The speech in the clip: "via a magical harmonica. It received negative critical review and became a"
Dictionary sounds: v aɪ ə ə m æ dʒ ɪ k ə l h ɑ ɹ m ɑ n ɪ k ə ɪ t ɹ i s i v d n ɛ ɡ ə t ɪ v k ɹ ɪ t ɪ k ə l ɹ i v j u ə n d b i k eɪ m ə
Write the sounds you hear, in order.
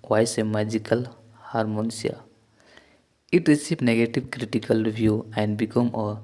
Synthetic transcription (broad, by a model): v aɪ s ə m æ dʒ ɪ k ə l h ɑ ɹ m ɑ n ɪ ə ɪ t ɹ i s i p n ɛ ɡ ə t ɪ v k ɹ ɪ t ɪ k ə l ɹ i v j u ə n d b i k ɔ m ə